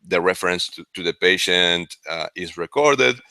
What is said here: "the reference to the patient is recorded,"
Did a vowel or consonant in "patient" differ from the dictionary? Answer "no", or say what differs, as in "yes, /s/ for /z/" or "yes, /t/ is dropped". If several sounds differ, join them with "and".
no